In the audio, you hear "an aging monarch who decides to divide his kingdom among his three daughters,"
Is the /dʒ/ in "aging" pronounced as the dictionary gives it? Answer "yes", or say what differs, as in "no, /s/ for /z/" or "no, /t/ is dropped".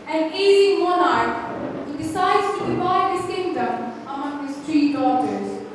no, /dʒ/ is dropped